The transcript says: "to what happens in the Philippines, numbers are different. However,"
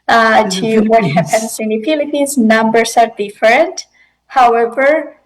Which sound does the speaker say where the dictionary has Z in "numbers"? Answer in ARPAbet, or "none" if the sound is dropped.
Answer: S